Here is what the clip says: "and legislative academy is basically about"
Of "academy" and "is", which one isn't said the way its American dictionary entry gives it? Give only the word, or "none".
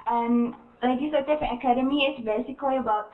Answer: is